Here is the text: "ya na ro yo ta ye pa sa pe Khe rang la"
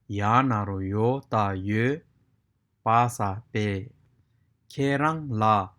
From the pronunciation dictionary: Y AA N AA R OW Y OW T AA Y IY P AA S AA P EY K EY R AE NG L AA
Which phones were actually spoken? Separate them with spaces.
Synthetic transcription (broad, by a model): Y AA N AA R OW Y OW T AA Y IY P AA S AA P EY K EY R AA NG L AA